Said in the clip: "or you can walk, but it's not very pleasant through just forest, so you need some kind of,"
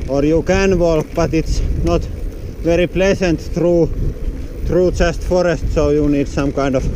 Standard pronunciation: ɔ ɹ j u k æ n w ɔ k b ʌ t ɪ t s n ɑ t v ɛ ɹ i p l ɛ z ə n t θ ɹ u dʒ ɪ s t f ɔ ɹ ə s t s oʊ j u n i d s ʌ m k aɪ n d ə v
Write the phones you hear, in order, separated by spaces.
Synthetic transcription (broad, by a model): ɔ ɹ j u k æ n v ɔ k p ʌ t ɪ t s n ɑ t v ɛ ɹ i p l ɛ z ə n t t ɹ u tʃ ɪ s t f ɔ ɹ ə s t s oʊ j u n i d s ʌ m k aɪ n d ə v